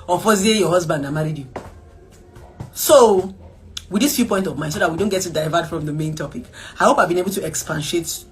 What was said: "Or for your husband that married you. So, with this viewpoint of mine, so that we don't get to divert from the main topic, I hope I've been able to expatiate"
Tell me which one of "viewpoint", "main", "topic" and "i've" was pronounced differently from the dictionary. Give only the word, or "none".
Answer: viewpoint